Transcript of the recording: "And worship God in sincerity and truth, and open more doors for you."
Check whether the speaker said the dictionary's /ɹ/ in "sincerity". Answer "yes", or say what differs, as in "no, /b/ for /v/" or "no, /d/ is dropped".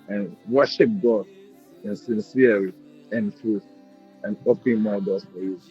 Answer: no, /ɹ/ is dropped